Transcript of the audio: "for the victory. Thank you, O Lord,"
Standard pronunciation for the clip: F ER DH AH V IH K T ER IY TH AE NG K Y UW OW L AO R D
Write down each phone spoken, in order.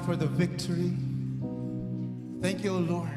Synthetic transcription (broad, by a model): F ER DH AH V IH K T ER IY TH AE NG K Y UW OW L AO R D